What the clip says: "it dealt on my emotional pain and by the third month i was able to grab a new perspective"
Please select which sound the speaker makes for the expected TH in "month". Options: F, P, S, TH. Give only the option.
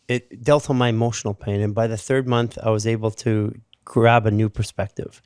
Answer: TH